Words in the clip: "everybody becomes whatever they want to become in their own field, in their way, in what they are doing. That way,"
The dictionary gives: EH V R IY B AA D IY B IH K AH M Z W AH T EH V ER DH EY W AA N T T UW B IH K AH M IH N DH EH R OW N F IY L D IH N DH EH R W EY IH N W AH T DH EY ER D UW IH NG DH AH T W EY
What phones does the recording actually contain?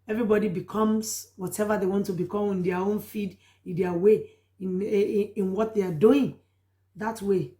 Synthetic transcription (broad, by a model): EH V R IY B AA D IY B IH K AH M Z W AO T EH V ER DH EY W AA N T T UW B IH K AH M IH N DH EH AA OW N F IY D IH N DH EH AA W EY IH N W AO T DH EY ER D UW IH NG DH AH T W EY